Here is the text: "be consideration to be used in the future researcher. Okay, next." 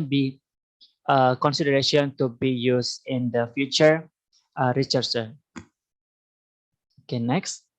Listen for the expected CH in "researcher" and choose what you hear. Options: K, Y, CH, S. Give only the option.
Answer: S